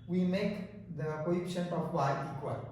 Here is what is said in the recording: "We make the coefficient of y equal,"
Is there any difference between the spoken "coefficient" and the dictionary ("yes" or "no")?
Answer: yes